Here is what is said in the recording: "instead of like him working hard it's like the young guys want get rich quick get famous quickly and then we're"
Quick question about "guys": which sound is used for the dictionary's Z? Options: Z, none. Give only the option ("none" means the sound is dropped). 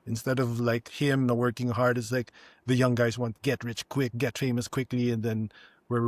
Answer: Z